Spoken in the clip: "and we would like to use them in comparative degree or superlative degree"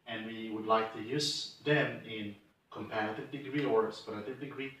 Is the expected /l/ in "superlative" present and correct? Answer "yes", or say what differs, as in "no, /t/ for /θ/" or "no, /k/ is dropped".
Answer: no, /l/ is dropped